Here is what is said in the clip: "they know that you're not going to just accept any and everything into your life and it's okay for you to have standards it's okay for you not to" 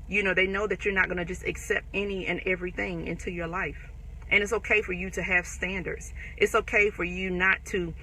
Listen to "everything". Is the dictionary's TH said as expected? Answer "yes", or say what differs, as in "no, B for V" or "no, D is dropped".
yes